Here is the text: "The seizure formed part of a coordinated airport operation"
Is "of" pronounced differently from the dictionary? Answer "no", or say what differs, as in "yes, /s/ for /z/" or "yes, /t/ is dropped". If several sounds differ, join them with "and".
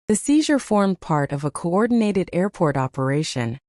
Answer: no